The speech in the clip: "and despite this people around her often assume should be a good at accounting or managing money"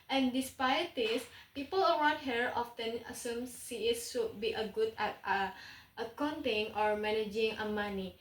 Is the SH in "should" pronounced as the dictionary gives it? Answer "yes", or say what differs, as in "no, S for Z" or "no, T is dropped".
no, S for SH